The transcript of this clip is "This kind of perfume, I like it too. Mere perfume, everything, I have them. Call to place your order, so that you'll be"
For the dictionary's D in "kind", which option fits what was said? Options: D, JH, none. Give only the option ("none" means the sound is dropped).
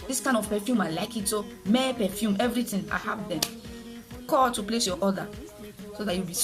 none